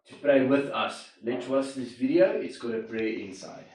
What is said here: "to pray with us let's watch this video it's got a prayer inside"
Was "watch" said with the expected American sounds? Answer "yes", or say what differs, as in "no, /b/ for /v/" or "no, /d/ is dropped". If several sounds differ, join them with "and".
no, /s/ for /tʃ/